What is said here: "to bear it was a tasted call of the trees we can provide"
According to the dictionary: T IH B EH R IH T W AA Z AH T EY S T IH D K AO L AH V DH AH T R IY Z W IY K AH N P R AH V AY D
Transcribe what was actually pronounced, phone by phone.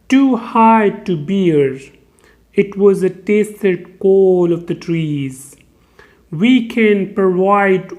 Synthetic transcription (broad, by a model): T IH B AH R IH T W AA Z AH T EY S T IH D K AO L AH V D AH T R IY Z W IY K AH N P R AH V AY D